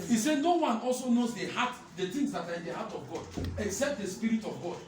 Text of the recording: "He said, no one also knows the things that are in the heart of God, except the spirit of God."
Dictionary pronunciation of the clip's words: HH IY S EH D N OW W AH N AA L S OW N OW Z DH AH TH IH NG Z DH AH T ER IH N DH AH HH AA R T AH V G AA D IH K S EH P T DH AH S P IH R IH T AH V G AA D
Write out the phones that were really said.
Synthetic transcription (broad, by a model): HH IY S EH N OW W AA N AA L S OW N OW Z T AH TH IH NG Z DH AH T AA IH N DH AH HH AA T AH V G AA D IH K S EH P T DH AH S P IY R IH T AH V G AA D